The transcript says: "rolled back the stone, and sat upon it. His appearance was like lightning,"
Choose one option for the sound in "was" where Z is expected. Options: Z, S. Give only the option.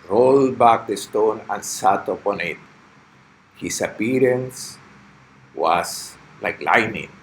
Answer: S